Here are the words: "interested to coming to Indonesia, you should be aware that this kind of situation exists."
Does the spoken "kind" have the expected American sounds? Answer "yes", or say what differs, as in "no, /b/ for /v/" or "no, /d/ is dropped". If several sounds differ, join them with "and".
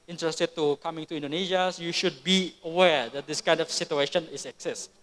yes